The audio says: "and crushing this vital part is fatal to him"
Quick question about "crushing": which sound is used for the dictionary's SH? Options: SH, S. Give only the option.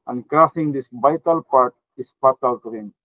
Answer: S